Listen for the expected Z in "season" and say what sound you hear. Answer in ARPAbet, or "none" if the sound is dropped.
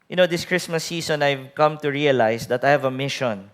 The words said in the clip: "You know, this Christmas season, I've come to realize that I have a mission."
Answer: S